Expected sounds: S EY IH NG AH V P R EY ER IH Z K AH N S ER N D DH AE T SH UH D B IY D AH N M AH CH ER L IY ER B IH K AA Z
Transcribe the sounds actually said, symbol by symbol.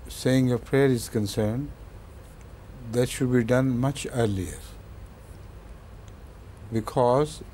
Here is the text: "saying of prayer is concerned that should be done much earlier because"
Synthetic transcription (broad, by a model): S EY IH NG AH P R EY ER IH Z K AH N S ER N D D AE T SH UH D B IY D AH N M AH CH ER L IY ER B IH K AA Z